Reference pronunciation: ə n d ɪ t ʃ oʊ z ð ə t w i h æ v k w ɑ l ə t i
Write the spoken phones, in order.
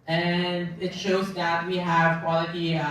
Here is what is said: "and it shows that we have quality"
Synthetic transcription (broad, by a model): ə n ɪ t ʃ oʊ z ð ə t w i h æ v k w ɑ l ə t i